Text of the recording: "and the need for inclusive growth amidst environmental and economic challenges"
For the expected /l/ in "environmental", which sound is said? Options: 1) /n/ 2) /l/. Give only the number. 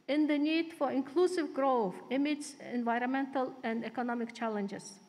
2